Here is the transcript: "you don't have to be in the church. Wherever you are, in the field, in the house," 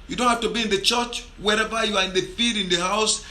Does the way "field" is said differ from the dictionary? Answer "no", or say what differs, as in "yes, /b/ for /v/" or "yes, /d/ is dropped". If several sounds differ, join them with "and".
yes, /l/ is dropped